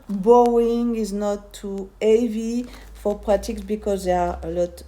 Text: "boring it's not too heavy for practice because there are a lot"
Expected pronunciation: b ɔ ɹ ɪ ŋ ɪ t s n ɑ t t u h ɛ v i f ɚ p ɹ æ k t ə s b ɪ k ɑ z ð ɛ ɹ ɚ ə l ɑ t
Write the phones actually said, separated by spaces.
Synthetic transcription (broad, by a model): b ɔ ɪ ŋ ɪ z n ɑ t t u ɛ v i f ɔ p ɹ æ t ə s b ɪ k ɑ z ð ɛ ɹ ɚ ə l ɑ t